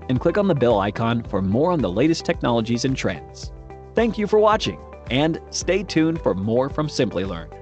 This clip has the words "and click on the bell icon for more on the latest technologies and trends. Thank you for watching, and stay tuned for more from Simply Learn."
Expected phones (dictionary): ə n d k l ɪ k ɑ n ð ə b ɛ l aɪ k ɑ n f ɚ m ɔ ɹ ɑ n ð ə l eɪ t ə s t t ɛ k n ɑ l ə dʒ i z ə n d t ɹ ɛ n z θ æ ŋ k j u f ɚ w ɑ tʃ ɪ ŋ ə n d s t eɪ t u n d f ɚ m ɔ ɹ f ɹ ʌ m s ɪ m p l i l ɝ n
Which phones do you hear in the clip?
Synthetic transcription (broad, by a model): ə n k l ɪ k n ð ə b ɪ l aɪ k ɑ n f ɚ m ɔ ɹ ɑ n ð ə l eɪ t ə s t t ɛ k n ɑ l ə dʒ i z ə n t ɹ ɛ n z θ æ ŋ k j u f ɚ w ɑ tʃ ɪ ŋ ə n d s t eɪ t u n f ɚ m ɔ ɹ f ɹ ʌ m s ɪ m p l i l ɝ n